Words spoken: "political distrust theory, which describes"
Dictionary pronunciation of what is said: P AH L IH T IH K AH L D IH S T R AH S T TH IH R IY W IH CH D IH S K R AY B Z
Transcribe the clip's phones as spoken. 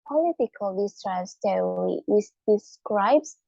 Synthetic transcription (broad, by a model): P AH L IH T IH K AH L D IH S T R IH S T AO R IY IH S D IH S K R AY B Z